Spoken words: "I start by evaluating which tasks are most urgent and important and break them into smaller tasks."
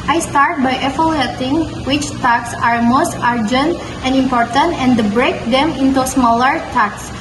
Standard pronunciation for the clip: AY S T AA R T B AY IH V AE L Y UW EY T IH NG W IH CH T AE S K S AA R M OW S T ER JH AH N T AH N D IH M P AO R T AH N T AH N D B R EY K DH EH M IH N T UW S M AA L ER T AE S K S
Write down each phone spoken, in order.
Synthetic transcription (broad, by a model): AY S T AA R T B AY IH F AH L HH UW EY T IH NG W IH CH T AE K S AA R M OW S T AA JH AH N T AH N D IH M P AO R T AH N T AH N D B R EY K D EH M IH N T UW S M AA L ER T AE K S